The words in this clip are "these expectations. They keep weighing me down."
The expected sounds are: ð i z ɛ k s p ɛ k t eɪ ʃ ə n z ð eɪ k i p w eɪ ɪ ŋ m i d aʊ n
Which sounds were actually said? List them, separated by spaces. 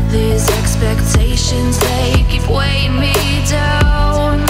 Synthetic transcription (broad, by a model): ð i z ɛ k s p ɛ k t eɪ ʃ ə n z ð eɪ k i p w eɪ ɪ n m i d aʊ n